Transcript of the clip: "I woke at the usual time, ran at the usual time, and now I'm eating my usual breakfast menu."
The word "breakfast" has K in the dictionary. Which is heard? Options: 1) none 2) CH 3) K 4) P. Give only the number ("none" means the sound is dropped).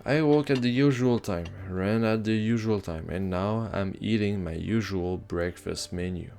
3